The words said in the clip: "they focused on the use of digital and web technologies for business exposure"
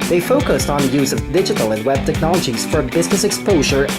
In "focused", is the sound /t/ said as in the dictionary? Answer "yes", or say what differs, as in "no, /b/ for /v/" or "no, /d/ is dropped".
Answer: yes